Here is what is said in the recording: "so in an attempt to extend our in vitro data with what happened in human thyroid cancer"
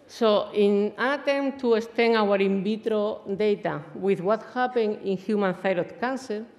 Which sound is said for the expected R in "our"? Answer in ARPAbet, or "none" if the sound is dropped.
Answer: R